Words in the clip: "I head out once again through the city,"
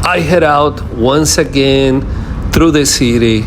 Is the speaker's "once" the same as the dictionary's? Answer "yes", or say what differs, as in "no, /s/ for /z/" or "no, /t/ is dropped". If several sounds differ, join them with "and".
yes